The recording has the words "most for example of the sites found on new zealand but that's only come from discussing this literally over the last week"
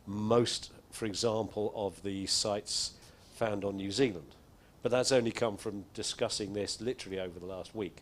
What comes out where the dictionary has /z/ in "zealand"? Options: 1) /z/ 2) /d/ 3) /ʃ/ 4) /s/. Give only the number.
1